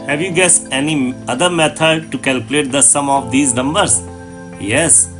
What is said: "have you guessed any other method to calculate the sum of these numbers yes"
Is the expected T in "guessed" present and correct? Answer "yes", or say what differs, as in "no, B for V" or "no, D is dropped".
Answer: no, T is dropped